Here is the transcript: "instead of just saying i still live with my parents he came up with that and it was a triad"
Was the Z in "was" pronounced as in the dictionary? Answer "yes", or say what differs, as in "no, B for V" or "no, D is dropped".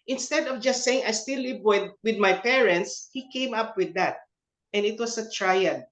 no, S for Z